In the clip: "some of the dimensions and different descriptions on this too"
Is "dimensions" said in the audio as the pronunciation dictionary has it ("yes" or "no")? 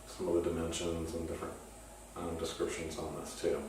yes